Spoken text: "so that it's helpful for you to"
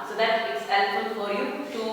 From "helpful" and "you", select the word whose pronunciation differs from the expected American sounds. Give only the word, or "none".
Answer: helpful